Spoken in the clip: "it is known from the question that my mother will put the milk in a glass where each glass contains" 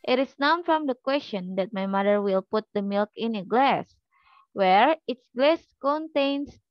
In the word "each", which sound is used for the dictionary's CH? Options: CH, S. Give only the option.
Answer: S